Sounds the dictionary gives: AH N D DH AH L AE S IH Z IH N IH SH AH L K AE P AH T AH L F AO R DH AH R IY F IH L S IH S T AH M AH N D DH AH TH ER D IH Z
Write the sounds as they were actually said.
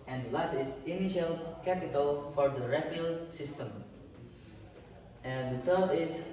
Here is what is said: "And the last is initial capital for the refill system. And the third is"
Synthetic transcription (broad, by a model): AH N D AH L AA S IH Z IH N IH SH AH L K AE P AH T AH L F AO R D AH R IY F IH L S IH S T AH M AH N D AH T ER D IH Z